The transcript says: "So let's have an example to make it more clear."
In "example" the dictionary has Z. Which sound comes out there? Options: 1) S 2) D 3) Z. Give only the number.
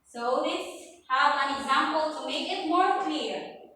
3